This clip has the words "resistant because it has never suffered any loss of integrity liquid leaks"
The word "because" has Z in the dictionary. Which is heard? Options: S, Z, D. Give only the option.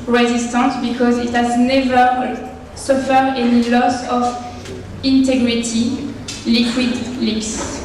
Z